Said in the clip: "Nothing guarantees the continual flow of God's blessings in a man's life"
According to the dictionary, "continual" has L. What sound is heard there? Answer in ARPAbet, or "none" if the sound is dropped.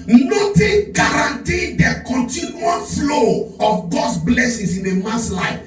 N